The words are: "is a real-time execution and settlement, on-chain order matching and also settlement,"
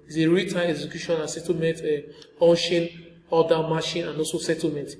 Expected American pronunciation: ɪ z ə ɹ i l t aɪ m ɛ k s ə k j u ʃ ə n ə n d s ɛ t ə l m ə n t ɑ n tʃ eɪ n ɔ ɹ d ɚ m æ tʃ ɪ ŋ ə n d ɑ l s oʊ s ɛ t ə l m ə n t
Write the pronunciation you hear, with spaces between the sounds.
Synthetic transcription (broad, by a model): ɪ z ə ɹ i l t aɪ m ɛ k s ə k j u ʃ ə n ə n s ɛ t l m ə n t ɑ n ʃ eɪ n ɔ d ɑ m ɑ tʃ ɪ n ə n ɑ l s oʊ s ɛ t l m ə n t